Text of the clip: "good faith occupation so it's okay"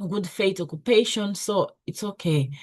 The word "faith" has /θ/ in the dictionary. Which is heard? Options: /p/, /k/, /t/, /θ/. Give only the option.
/t/